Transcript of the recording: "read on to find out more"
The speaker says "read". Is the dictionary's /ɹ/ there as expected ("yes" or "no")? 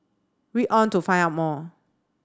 no